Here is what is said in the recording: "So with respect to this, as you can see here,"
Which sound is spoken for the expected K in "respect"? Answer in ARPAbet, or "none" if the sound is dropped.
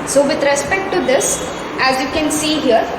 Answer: K